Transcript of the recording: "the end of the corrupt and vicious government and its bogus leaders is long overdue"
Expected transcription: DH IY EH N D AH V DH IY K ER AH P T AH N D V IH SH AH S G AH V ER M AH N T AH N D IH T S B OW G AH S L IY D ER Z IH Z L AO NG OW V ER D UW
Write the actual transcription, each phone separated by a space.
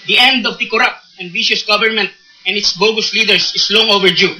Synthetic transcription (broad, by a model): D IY EH N D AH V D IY K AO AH P T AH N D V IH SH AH S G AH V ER M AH N T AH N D IH T S B OW G AH S L IY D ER S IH S L AO NG OW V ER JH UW